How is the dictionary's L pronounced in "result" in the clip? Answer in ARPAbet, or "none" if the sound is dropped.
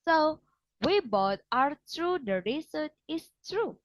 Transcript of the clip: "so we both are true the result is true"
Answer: none